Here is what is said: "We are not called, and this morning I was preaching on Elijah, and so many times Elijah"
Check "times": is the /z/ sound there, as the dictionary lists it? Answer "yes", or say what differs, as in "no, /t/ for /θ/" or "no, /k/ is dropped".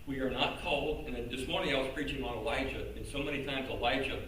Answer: yes